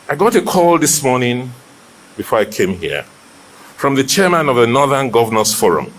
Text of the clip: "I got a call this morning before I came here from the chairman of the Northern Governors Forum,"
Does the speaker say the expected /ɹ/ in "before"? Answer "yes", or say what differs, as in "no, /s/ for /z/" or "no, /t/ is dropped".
yes